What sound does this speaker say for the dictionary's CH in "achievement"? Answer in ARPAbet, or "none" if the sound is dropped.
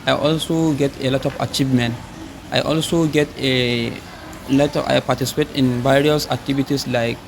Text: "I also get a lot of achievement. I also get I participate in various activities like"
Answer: CH